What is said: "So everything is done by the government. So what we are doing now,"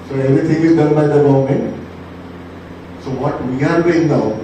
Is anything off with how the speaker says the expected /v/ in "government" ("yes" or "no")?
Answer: yes